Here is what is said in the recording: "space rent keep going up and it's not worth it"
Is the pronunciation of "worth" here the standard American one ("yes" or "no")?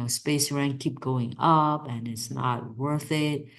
yes